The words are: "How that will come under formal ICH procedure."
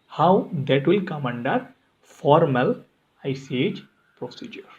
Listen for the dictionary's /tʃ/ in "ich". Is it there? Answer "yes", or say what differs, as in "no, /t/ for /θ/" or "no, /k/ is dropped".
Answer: no, /s/ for /tʃ/